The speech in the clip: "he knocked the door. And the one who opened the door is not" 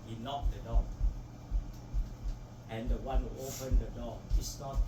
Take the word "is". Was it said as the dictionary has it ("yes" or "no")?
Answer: no